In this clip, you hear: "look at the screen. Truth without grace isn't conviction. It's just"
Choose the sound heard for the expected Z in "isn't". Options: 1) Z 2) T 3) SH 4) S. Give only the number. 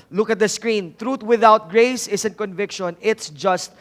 4